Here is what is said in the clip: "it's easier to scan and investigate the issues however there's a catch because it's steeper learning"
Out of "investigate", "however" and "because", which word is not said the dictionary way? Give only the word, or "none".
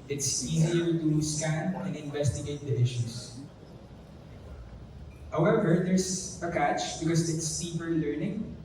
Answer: because